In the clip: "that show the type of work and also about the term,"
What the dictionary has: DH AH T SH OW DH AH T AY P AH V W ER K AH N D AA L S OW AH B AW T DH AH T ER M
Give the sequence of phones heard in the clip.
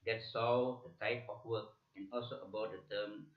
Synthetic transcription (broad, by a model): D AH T S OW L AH T AY P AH F W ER K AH N AA L S OW AH B AW T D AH T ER M